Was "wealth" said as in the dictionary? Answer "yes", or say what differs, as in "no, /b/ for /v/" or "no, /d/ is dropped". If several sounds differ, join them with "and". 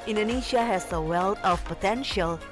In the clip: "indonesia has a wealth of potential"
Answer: no, /t/ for /θ/